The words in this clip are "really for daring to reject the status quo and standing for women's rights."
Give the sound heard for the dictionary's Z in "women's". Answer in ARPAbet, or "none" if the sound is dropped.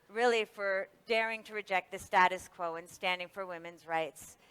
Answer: Z